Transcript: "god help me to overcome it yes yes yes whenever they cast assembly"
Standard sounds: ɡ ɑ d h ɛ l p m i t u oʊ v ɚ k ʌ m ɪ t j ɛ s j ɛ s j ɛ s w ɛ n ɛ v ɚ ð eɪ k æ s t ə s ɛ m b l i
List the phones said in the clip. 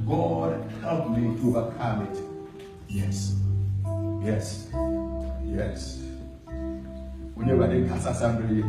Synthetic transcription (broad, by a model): ɡ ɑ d h ɛ l p m i t u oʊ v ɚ k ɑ m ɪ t j ɛ s j ɛ s j ɛ s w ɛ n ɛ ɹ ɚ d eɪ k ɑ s ə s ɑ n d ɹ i